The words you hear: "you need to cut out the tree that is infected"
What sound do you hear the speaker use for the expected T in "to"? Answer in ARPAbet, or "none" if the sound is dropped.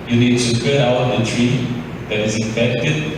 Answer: S